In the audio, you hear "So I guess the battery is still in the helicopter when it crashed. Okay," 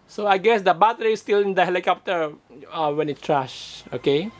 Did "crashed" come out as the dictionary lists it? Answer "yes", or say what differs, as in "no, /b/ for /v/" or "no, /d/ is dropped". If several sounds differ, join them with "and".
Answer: no, /t/ is dropped